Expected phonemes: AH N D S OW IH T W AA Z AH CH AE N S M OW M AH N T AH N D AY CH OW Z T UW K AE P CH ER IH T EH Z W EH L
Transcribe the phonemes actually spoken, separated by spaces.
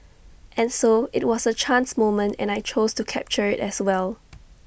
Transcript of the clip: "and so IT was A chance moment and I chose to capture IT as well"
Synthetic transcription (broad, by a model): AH N S OW IH T W AA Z AH CH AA N S M OW M AH N T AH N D AY CH OW S T UW K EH P CH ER IH T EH S W EH L